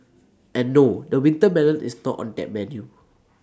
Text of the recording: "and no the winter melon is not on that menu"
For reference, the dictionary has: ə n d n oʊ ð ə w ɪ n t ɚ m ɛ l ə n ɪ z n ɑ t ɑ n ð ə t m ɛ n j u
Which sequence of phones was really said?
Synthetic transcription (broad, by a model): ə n n oʊ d ə w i n t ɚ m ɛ n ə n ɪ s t ɑ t ɑ n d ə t m ɛ n j u